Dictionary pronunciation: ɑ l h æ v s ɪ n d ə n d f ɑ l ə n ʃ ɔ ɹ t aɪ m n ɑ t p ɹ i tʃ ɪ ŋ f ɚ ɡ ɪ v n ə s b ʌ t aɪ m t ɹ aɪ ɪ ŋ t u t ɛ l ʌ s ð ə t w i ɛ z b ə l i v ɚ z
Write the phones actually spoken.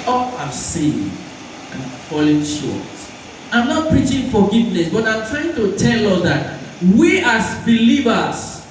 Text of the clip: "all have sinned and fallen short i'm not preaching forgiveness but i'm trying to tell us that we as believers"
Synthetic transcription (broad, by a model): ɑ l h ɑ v s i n ə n f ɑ l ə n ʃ ɔ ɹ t aɪ m n ɑ t p ɹ i tʃ ɪ ŋ f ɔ ɡ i v n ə s b ʌ t aɪ m t ɹ aɪ ɪ ŋ t u t ɛ l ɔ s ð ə t w i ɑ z b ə l i v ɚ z